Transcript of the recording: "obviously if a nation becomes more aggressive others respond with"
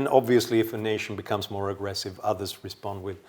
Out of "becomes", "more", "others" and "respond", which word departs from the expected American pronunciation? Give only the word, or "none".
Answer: none